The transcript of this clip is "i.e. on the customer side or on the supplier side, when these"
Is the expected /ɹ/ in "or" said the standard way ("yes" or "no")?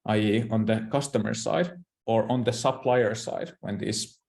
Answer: yes